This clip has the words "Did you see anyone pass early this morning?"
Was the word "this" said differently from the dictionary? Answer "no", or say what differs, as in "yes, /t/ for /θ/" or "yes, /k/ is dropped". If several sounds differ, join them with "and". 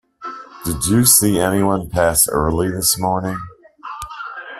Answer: no